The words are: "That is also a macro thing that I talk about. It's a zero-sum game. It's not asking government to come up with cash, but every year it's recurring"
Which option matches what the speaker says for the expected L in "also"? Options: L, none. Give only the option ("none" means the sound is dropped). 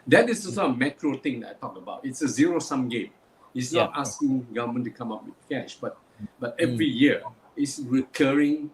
none